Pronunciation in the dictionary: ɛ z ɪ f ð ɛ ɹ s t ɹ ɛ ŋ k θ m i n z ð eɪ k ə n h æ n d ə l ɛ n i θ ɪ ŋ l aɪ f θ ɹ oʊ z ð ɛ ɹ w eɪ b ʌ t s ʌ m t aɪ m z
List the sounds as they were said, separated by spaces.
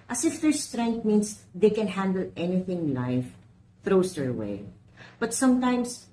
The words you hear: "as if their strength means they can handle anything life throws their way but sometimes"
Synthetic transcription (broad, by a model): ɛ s ɪ f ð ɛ ɹ s t ɹ ɛ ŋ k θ m i n s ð eɪ k ə n h æ n d ə l ɛ n i θ ɪ ŋ l aɪ f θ ɹ oʊ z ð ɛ ɹ w eɪ b ʌ t s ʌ m t aɪ m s